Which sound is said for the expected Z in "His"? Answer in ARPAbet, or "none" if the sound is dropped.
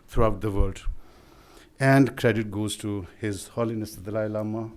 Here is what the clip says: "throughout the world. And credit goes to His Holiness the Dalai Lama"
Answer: Z